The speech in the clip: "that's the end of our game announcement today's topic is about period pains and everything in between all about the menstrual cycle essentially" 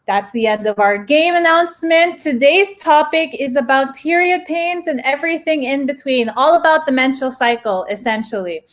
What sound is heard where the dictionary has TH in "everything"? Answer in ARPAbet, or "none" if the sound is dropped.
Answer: TH